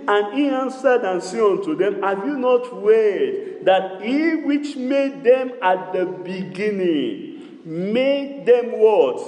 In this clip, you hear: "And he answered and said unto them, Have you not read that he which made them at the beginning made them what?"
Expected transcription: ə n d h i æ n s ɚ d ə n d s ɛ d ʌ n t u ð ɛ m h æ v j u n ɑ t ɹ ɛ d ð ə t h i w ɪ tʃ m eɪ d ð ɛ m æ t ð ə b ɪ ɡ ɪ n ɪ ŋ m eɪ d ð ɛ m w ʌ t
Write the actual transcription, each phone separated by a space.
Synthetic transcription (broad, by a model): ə n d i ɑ n s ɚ d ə n s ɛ ɔ n t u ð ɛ m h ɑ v j u n ɑ t w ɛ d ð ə t h i w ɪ tʃ m eɪ d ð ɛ m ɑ t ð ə b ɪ ɡ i n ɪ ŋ m eɪ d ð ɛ m w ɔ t